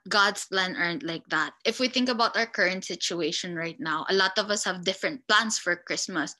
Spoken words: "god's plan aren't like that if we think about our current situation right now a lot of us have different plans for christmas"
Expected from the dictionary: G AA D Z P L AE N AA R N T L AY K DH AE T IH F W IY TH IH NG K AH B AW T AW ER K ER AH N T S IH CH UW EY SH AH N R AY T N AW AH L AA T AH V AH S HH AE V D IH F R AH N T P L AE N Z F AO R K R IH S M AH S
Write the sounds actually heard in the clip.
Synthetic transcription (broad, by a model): G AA D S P L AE N AA R N T L AY K DH AE T IH F W IY TH IH NG K AH B AW T AW ER K ER AH N T S IH CH UW EY SH AH N R AY T N AW AH L AA T AH V AH S HH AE V D IH F R AH N T P L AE N S F AO R K R IH S M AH S